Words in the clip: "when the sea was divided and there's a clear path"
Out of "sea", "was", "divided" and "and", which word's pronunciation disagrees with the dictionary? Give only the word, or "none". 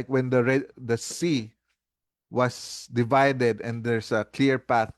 was